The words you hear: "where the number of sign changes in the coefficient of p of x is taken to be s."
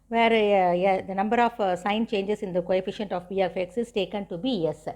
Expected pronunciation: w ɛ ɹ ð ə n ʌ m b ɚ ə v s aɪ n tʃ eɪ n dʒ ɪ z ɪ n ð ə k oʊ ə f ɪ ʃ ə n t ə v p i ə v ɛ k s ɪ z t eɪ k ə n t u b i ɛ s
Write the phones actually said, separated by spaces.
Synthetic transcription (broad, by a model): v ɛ ɹ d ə n ʌ m b ɚ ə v s aɪ n tʃ eɪ n dʒ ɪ s ɪ n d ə k oʊ ə f ɪ ʃ ə n t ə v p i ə f ɛ k s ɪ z t eɪ k ə n t u b i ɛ s